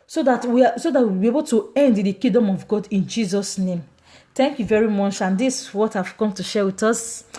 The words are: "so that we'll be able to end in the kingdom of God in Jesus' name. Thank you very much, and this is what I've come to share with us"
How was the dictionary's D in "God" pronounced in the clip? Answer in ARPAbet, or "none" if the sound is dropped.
D